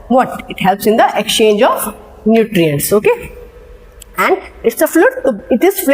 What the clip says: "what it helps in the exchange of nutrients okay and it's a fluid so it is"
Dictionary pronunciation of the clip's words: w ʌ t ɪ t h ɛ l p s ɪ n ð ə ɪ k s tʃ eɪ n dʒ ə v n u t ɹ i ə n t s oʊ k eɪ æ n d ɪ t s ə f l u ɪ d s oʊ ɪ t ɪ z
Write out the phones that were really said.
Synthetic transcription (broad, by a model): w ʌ t ɪ t h ɛ l p s ɪ n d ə ɪ k s tʃ eɪ n dʒ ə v n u t ɹ i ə n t s oʊ k eɪ æ n d ɪ t s ə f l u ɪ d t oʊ ɪ t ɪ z